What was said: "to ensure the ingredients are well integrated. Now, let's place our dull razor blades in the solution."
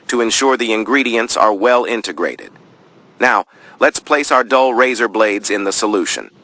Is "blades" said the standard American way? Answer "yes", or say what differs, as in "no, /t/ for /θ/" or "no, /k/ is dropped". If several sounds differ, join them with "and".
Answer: yes